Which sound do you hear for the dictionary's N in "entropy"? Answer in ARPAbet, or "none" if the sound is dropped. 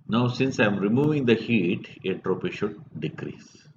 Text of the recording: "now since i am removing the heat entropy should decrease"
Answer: none